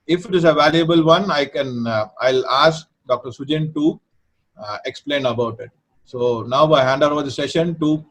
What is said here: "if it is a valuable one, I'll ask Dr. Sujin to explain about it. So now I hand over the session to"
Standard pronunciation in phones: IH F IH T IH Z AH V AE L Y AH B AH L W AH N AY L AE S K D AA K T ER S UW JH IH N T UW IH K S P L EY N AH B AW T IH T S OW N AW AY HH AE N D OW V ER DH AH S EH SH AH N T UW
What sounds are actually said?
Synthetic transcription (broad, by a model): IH F IH T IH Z AH V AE L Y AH B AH L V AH N AY L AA S K D AA K T ER S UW JH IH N T UW IH K S P L EY N AH B AW T IH T S OW N AW AY HH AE N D OW V ER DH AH S EH SH AH N T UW